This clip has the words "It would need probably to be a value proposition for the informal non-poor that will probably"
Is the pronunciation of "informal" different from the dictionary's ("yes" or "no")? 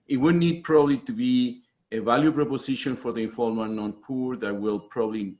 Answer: yes